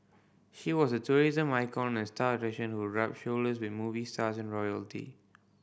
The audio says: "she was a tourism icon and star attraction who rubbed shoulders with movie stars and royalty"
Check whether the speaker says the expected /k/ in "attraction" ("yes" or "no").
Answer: no